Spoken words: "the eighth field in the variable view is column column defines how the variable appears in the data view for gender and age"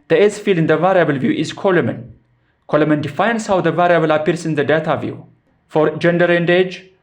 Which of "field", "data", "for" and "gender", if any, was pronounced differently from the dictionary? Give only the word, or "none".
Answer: field